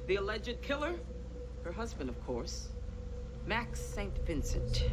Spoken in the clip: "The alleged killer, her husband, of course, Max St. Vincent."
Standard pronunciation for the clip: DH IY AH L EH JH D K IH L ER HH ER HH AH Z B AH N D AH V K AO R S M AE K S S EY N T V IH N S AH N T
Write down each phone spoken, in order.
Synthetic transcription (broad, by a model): DH IY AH L EH JH D K IH L ER HH ER HH AH Z B AH N D AH V K AO R S M AE K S S EY N T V IH N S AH N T